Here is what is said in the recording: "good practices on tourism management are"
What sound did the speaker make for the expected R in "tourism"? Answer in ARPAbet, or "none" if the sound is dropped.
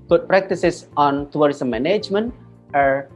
W